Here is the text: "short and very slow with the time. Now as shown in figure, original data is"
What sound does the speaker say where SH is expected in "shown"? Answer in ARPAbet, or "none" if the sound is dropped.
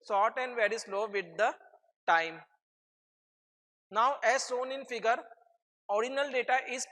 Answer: S